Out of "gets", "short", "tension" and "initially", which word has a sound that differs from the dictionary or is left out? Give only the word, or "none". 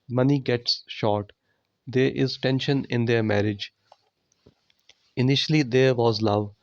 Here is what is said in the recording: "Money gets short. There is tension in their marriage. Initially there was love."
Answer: none